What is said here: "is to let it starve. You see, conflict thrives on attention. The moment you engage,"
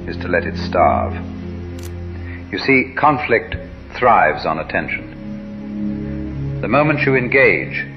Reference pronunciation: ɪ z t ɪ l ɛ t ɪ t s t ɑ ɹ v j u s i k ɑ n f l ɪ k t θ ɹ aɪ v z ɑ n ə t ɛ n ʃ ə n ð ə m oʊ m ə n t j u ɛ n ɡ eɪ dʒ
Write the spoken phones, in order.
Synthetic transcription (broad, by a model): ɪ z t ɪ l ɛ t ɪ t s t ɑ ɹ v j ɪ s i k ɑ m f l ɪ k t θ ɹ aɪ v z n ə t ɛ n ʃ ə n ð ə m oʊ m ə n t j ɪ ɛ n ɡ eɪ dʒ